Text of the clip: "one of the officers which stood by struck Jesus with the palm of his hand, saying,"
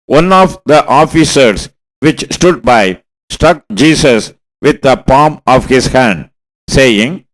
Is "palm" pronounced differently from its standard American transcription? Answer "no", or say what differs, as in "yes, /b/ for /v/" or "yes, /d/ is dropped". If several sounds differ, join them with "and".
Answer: no